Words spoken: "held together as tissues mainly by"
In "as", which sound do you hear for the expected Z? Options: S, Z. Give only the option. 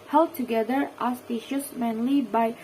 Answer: S